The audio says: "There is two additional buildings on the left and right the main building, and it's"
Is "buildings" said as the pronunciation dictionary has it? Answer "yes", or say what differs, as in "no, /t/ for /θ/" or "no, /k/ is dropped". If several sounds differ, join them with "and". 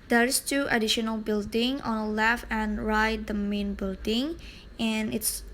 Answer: no, /z/ is dropped